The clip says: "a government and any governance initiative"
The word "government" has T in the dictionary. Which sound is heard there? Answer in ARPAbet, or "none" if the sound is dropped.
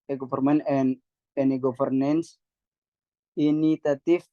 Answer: none